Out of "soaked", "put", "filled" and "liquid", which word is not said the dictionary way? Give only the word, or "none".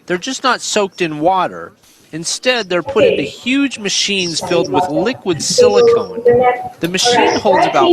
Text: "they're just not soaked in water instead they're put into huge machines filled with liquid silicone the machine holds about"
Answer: none